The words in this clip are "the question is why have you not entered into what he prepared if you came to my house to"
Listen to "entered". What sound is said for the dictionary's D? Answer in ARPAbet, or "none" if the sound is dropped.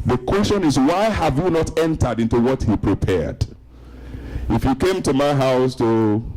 D